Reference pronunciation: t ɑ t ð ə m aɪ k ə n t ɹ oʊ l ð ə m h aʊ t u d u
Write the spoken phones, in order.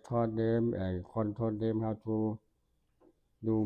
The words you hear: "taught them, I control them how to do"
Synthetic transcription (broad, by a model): t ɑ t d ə m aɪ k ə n t oʊ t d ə m h aʊ t u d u